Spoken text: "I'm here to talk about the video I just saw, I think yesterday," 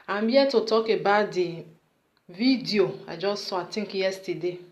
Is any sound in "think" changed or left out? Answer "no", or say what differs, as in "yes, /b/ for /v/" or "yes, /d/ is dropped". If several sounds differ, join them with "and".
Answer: yes, /t/ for /θ/